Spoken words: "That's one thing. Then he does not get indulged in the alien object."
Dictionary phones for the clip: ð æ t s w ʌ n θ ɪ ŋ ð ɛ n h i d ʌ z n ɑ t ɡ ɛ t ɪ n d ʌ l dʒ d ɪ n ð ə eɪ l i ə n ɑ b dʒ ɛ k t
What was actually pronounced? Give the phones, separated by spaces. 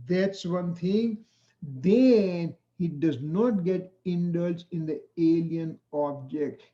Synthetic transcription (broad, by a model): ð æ t s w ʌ n t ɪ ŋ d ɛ n h i d ʌ z n ɑ t ɡ ɛ t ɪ n d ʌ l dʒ ɪ n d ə eɪ l i ə n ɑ b dʒ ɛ k t